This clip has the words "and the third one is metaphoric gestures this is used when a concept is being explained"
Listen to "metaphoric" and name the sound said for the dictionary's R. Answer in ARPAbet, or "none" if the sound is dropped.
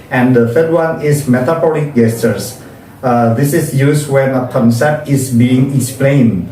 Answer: L